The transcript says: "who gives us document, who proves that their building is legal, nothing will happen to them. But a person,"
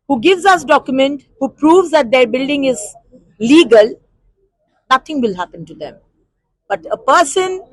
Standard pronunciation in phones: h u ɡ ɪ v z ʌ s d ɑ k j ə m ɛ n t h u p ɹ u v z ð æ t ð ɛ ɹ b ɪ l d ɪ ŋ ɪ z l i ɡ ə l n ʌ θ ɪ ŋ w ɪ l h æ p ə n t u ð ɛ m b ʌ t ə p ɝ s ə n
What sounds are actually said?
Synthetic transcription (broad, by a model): h u ɡ ɪ v z ʌ s d ɑ k j ə m ɛ n t h u p ɹ u v z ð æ t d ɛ ɹ b ɪ l d ɪ ŋ ɪ z l i ɡ ə l n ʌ t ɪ ŋ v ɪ l h æ p ə n t u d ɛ m b ʌ t ə p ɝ s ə n